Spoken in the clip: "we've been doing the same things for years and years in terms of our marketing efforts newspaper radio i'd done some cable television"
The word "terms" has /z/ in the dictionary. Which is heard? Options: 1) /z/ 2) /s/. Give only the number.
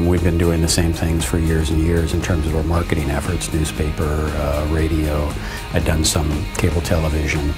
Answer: 1